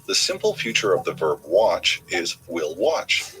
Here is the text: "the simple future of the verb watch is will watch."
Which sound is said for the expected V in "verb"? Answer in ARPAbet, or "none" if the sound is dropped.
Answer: V